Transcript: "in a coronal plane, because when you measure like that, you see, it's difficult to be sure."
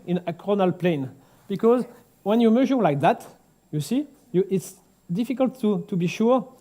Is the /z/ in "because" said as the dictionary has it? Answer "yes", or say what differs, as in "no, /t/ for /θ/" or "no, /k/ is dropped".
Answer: yes